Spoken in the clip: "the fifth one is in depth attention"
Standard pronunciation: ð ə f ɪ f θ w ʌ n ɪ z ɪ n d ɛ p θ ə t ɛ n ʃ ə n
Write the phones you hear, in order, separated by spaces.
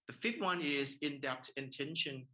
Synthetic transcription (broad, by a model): ð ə f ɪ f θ w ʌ n ɪ z ɪ n d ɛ p t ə t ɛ n ʃ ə n